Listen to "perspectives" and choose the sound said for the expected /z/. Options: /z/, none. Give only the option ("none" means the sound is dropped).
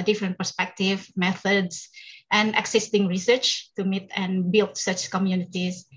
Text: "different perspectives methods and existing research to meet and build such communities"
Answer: none